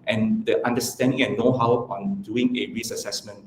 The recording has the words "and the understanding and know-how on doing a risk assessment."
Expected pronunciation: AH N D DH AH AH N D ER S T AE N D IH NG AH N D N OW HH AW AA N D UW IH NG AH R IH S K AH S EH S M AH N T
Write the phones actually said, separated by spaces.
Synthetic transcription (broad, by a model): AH N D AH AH N D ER S T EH N D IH NG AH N N OW HH AW AA N D UW IH NG AH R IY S AH S EH S M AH N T